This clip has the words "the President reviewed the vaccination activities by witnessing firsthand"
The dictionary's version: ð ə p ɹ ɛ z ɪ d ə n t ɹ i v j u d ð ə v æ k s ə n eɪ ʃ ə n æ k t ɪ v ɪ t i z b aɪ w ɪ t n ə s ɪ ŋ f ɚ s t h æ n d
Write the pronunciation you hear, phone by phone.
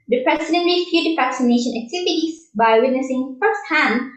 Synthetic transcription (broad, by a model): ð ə p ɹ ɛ s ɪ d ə n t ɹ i f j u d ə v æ k s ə n eɪ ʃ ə n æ k t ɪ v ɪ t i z b aɪ w ɪ t n ə s ɪ ŋ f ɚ s t h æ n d